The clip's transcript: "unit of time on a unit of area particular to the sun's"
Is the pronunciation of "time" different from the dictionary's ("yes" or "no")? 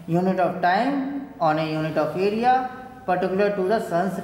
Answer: no